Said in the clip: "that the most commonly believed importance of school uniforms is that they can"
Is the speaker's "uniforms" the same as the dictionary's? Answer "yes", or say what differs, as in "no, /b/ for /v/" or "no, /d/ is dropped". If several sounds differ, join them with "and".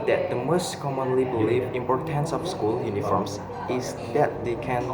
no, /s/ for /z/